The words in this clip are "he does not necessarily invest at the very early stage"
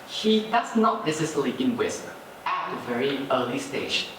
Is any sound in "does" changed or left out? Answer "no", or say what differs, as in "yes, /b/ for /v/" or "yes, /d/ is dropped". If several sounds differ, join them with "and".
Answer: yes, /s/ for /z/